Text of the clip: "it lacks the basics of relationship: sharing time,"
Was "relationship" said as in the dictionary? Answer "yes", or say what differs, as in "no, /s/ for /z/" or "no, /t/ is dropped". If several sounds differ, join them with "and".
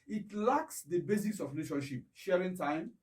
no, /n/ is dropped